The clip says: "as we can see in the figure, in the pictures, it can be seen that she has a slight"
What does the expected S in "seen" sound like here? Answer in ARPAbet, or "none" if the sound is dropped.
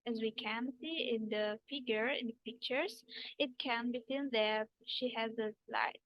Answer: TH